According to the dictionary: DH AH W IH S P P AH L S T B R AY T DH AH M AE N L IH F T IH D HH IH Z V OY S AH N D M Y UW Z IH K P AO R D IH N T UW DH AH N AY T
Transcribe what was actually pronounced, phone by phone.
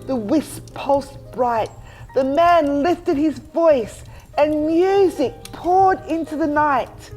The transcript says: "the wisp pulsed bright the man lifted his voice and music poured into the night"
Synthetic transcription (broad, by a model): DH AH W IH S P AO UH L S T B R AY T DH AH M AE N L IH F T IH D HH IH Z V OY S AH N M Y UW Z IH K P AO R D IH N T UW DH AH N AY T